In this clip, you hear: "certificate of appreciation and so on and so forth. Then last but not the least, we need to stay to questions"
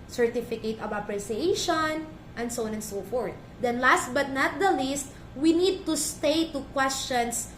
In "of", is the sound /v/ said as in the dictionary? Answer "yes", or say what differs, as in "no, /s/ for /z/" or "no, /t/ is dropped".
no, /b/ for /v/